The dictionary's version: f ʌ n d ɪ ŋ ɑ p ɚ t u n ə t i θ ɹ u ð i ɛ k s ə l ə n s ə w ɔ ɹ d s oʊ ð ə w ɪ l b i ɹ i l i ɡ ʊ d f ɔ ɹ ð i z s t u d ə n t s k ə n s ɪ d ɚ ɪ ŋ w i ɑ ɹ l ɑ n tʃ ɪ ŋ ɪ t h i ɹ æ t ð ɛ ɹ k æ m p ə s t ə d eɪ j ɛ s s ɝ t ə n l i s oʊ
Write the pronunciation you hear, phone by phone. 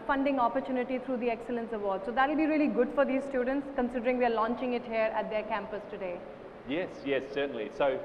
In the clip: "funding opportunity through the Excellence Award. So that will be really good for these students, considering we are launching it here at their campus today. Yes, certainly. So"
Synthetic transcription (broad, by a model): f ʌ n d ɪ ŋ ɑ p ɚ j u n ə t i t ɹ u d i ɛ k s ə l ə n s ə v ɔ ɹ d s oʊ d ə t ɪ l b i ɹ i l i ɡ ʊ d f ɔ ɹ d i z s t u d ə n t s k ə n s ɪ d ɚ ɪ ŋ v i ɑ ɹ l ɑ n tʃ ɪ ŋ ɪ t h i ɹ æ t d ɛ ɹ k æ m p ə s t ə d eɪ j ɛ s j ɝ s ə n l i s oʊ